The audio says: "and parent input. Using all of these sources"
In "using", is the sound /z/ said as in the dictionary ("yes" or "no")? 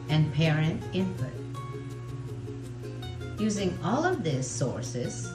yes